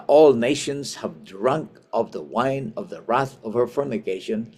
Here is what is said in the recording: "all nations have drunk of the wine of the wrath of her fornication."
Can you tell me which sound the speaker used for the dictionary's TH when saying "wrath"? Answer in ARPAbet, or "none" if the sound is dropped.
TH